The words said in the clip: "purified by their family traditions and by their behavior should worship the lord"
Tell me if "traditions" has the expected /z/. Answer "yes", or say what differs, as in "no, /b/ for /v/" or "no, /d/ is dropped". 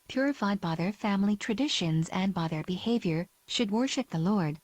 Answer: yes